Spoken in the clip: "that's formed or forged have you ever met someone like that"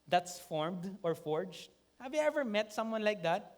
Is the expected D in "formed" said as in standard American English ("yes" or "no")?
yes